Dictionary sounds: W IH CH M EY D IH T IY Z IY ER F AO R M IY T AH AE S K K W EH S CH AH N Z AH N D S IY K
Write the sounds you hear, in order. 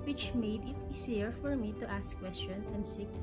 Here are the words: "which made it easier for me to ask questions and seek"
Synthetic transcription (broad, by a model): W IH CH M EY D IH T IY S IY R F AO R M IY T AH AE S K K W EH S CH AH N AH N D S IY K